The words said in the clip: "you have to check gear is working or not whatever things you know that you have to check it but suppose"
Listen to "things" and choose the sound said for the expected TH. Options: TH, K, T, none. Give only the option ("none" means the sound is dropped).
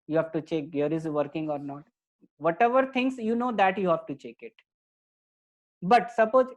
T